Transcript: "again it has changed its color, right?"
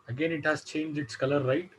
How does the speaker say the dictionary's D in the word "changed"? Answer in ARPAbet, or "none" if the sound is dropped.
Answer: none